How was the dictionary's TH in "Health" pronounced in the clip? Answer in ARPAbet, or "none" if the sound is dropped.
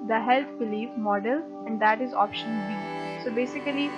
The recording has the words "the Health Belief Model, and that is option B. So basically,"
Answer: T